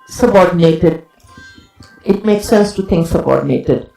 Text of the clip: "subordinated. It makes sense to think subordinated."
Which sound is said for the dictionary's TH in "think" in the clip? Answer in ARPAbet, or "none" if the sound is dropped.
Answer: T